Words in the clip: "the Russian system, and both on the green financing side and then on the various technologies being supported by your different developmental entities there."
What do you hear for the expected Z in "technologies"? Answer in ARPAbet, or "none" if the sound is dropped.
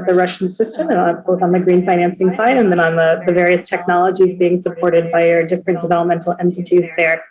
Z